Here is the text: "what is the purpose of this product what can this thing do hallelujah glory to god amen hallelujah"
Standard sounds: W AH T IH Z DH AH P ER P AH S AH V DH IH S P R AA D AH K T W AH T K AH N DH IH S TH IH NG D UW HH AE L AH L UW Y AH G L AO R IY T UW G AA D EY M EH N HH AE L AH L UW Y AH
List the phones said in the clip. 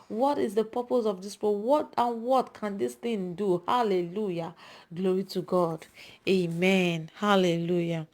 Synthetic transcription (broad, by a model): W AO T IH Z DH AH P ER P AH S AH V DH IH S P W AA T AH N W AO T K AH N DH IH S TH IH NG D UW HH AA L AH L UW Y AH G L AO R IY T UW G AA D EY M EH N HH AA L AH L UW Y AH